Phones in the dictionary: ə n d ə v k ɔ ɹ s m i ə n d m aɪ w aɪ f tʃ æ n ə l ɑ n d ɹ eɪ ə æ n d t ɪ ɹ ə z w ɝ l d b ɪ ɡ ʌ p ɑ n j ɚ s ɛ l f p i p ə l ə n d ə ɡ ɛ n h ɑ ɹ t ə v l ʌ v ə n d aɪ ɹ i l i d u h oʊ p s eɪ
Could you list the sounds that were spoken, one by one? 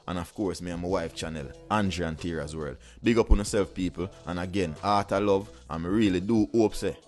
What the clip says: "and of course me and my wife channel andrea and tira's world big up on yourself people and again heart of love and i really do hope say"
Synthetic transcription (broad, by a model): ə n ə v k ɔ ɹ s m i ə m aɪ w aɪ f tʃ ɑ n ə l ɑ n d ɹ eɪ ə n t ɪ ɹ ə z w ɝ l d b ɪ ɡ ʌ p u n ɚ s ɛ l f p i p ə l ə n ə ɡ ɛ n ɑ t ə l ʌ v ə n ɹ i l i d u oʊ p s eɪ